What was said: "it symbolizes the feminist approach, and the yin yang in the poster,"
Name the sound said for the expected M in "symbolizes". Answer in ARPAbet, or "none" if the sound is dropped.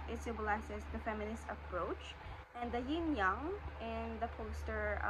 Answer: none